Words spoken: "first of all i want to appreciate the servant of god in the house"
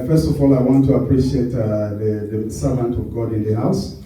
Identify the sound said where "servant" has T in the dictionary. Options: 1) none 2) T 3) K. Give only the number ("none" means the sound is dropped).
2